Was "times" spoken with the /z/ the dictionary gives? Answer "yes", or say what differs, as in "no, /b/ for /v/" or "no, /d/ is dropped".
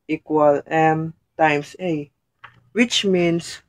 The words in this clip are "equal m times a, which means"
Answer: no, /s/ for /z/